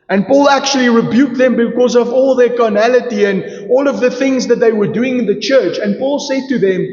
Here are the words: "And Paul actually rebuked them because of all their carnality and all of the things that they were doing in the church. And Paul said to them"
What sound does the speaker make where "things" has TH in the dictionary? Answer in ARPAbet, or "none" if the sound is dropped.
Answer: TH